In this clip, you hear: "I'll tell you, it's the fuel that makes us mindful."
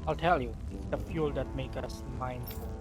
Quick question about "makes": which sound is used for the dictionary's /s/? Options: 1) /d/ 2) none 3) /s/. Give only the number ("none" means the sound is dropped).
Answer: 2